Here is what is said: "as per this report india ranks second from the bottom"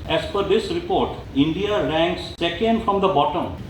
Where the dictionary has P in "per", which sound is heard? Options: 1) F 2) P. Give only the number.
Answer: 1